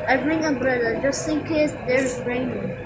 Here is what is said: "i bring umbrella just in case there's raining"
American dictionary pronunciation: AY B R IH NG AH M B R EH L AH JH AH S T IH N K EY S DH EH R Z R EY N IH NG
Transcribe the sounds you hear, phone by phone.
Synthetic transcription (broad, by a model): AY B R IH NG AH B R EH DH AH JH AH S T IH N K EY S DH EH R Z R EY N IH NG